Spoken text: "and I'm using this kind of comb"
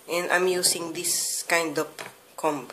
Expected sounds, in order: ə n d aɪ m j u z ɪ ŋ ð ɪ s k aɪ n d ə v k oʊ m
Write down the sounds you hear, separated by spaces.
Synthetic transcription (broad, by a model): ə n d aɪ m j u s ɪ ŋ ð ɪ s k aɪ n d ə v k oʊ m